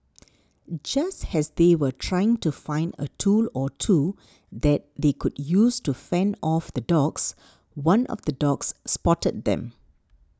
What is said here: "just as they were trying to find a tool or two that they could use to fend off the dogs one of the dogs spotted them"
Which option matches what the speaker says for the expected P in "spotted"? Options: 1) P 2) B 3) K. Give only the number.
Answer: 1